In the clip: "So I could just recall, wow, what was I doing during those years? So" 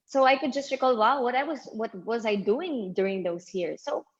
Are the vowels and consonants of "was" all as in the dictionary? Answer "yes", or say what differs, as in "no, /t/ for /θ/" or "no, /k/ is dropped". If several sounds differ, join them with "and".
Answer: yes